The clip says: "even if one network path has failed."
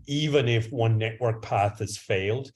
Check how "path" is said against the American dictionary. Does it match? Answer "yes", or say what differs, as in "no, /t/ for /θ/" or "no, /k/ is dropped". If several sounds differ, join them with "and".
yes